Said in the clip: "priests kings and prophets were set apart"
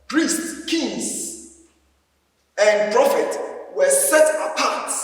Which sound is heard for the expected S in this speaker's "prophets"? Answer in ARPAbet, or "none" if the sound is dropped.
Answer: none